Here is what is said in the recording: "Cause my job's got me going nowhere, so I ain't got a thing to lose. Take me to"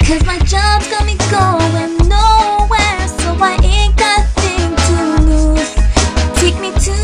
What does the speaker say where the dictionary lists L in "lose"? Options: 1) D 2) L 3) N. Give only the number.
3